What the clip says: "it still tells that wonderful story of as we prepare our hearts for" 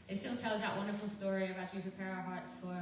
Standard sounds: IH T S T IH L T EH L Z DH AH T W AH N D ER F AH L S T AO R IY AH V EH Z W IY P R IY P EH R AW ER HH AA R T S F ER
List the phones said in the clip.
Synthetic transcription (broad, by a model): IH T S T IH L T EH L Z DH AH T W AH N D ER F AH L S T AO R IY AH B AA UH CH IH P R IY P EH R AW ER HH AA R T S F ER